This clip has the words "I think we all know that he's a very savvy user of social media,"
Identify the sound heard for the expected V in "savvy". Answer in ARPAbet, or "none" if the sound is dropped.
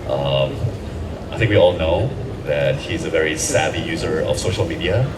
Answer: B